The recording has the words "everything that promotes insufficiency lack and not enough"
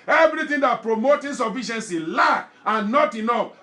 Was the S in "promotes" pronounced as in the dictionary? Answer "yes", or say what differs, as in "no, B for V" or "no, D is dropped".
no, S is dropped